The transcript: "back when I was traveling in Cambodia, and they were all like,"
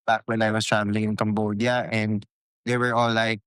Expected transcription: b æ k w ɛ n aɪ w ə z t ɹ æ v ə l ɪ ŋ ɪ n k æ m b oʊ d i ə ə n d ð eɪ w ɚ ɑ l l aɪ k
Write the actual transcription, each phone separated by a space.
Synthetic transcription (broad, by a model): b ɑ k w ɛ n aɪ w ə s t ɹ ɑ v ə l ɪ ŋ ɪ n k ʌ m b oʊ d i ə ə n d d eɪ w ɚ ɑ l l aɪ k